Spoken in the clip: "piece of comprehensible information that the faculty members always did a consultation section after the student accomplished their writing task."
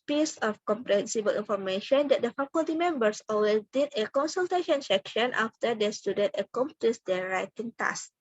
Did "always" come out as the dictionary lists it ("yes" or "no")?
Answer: no